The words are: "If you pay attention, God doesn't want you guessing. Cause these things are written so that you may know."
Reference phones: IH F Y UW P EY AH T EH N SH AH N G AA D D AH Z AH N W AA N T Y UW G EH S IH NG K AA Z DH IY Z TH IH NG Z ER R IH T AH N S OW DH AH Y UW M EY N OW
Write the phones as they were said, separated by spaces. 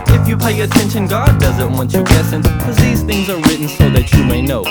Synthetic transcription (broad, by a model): IH F Y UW P EY AH T EH N SH AH N G AA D D AH Z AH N W AA N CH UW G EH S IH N K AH Z DH IY Z TH IH NG Z ER R IH T N S OW DH AH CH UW M EY N OW